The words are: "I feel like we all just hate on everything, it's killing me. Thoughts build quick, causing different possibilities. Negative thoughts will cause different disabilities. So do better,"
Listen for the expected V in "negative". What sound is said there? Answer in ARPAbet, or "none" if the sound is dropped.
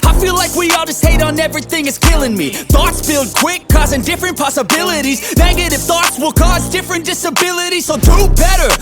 F